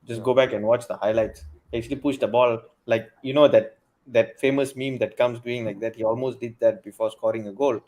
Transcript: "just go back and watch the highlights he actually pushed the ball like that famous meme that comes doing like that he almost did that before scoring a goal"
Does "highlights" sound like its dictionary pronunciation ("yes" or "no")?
yes